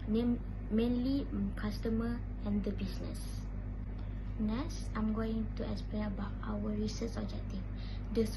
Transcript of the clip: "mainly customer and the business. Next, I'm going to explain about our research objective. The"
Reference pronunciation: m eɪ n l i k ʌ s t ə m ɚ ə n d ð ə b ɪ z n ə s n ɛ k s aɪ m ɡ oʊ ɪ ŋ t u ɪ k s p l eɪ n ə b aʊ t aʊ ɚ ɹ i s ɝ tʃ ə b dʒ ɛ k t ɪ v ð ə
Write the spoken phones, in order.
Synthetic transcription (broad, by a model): m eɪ n l i k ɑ s t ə m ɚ ə n d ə b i s n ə s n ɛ s aɪ m ɡ oʊ ɪ ŋ t u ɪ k s p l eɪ ə b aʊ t aʊ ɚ ɹ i s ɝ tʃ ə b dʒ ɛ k t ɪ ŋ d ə